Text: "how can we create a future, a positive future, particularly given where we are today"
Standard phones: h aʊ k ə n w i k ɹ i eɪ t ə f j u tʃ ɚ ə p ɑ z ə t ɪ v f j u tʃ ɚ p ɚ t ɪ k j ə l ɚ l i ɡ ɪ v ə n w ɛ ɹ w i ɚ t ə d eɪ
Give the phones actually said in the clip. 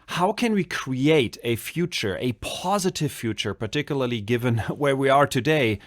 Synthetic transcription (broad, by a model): h aʊ k ə n w i k ɹ i eɪ t ə f j u tʃ ɚ ə p ɑ z ə t ɪ v f j u tʃ ɚ p ɚ t ɪ k j ə l ɚ l i ɡ ɪ v ə n w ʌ ɹ w i ɚ t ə d eɪ